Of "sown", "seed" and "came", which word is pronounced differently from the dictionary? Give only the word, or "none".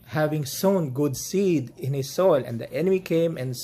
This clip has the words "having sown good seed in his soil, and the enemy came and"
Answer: none